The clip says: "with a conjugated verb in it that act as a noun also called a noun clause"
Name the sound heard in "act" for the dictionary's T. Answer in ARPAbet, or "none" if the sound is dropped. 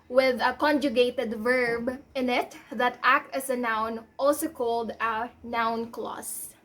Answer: T